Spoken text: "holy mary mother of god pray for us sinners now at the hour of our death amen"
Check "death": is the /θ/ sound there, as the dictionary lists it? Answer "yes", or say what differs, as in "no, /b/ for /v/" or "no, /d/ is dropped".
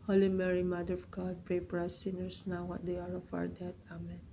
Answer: no, /t/ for /θ/